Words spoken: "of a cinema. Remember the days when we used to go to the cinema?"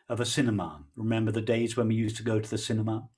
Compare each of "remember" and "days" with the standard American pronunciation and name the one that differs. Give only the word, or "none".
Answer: none